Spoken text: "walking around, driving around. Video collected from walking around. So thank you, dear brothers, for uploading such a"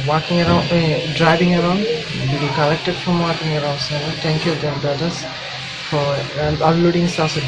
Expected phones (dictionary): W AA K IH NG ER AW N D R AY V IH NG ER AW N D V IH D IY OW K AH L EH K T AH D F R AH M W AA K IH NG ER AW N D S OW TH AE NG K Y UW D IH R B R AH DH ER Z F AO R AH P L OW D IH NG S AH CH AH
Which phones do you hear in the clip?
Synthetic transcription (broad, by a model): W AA K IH NG ER AW N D R AY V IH NG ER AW N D B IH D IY K AH L EH K T AH D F R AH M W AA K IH NG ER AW N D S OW T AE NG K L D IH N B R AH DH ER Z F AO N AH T L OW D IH NG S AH S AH